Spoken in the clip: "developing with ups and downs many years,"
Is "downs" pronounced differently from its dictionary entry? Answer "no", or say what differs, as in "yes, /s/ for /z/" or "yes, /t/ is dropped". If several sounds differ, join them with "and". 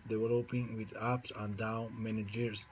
yes, /z/ is dropped